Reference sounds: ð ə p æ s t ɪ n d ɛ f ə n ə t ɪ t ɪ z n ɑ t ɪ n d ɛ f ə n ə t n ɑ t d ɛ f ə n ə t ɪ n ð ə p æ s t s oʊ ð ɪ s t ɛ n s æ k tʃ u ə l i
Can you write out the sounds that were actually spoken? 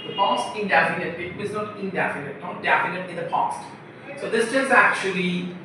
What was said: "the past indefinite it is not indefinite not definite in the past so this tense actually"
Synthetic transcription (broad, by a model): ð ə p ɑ s t ɪ n d ɛ f ə n ə t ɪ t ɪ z n ɑ t ɪ n d ɛ f ə n ə t n ɑ t d ɛ f ə n ə t ɪ n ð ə p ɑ s t s oʊ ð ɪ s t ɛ s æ k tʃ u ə l i